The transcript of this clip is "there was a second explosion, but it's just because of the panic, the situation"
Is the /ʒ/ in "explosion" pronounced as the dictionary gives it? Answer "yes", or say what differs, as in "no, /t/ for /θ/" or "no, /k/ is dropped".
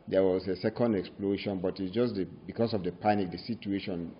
no, /ʃ/ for /ʒ/